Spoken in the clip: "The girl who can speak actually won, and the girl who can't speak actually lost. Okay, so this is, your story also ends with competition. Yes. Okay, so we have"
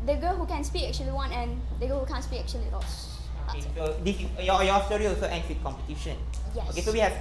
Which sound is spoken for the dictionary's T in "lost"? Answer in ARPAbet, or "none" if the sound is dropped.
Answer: none